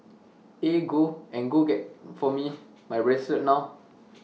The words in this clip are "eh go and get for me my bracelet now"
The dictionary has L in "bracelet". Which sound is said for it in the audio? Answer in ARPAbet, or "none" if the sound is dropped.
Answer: none